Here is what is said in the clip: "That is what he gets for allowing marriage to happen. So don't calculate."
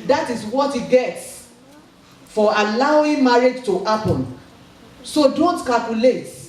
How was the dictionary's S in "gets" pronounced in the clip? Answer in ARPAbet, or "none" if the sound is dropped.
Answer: S